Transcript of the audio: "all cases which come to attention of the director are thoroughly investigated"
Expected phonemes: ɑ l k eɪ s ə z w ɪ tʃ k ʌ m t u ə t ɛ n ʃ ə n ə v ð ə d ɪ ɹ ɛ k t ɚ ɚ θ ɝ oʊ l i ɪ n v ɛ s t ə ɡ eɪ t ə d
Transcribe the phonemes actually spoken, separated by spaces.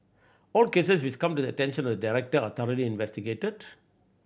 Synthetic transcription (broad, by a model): ɑ l k eɪ s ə s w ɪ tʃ k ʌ m t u ə t ɛ n ʃ ə n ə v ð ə d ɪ ɹ ɛ k t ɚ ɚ t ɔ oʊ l i ɪ n v ɛ s t ə ɡ eɪ t ə d